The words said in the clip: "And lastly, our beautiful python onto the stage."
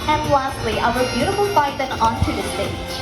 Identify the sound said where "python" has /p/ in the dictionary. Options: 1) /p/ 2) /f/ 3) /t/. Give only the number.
2